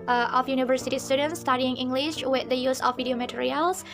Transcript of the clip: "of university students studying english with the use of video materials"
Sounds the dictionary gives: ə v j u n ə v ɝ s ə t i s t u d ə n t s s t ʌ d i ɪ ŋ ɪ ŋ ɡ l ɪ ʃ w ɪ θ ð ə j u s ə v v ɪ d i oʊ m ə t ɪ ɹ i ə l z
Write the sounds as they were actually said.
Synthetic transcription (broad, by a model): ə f j u n ə v ɝ s ə t i s t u d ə n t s s t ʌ d i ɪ ŋ ɪ ŋ ɡ l ɪ ʃ w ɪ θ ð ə j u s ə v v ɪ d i oʊ m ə t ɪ ɹ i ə l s